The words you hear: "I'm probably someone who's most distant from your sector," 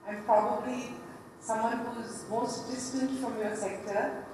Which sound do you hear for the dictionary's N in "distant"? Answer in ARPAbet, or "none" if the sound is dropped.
N